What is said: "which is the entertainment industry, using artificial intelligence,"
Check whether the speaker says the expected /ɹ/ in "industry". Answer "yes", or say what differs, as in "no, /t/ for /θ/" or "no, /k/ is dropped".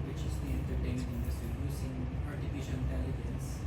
no, /ɹ/ is dropped